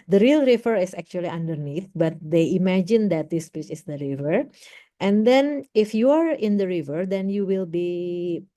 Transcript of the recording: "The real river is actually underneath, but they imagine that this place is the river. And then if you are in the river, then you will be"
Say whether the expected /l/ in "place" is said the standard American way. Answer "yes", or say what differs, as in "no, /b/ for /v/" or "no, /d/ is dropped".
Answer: no, /l/ is dropped